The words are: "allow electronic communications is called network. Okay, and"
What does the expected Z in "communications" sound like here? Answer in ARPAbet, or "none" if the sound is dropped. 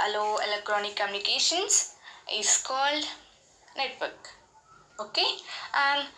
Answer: S